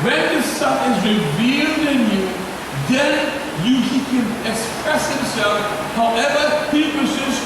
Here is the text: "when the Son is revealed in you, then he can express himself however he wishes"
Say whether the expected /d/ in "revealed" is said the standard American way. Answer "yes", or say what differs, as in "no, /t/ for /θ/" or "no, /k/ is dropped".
yes